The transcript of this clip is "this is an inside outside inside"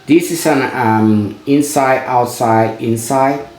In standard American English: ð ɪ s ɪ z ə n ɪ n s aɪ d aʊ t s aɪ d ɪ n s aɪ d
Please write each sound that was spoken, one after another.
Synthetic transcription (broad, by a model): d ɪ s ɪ s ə n ɪ n s aɪ d aʊ t s aɪ d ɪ n s aɪ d